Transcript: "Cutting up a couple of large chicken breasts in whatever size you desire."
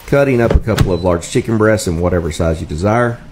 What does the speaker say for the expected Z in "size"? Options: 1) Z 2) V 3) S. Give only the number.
1